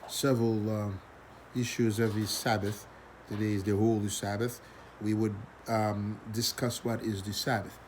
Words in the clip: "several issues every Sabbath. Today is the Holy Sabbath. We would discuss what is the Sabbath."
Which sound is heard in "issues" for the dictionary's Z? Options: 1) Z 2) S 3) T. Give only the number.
1